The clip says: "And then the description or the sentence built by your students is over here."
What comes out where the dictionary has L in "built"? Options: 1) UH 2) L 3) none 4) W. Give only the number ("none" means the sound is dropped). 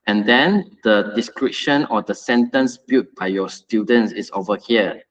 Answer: 3